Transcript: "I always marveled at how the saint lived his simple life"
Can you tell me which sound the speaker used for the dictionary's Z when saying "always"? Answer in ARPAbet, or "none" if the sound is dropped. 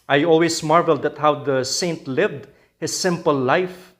S